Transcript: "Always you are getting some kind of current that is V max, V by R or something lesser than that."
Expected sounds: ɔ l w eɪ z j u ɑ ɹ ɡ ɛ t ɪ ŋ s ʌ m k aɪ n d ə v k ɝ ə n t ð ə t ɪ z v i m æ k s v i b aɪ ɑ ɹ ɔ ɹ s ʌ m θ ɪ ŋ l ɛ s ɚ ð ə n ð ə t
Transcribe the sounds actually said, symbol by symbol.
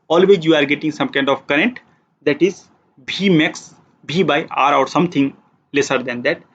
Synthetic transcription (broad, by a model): ɔ l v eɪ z j u ɑ ɹ ɡ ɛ t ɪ ŋ s ʌ m k aɪ n d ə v k ɝ ə n t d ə t ɪ z b i m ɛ k s b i b aɪ ɑ ɹ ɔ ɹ s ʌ m t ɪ ŋ l ɛ s ɚ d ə n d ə t